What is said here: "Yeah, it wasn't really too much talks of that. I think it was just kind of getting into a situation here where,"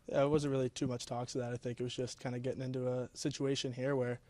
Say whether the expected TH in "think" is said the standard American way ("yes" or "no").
yes